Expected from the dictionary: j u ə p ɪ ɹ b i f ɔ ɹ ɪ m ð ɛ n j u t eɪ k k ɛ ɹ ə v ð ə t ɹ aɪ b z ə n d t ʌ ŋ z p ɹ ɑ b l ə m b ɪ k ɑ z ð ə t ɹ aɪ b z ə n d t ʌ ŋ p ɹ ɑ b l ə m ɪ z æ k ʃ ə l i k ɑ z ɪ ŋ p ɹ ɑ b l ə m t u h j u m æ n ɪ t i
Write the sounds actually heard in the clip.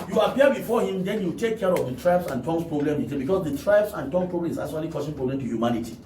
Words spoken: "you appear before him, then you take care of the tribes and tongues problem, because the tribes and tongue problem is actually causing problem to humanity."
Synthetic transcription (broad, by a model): j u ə p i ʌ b i f ɔ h ɪ m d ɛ n j u t eɪ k k ɛ ɹ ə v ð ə t ɹ aɪ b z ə n t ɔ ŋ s p ɹ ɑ b l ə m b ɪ k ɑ s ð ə t ɹ aɪ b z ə n t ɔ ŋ p ɹ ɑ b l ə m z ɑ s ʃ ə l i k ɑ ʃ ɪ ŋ p ɹ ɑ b l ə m t u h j u m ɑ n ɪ t i